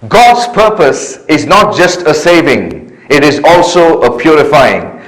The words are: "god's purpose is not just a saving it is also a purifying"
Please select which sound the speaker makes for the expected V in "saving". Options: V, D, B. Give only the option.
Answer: V